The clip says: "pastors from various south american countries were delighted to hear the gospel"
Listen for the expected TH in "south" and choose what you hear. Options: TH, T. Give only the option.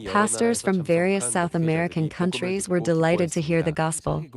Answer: TH